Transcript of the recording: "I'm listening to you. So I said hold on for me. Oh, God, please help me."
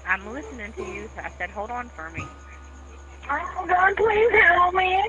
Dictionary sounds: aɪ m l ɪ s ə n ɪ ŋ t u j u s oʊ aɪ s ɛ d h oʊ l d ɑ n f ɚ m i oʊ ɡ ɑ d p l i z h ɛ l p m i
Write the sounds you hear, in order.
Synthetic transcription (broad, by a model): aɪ m l ɪ s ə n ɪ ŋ t u j u s oʊ aɪ s ɛ d h oʊ l d n f ɚ m i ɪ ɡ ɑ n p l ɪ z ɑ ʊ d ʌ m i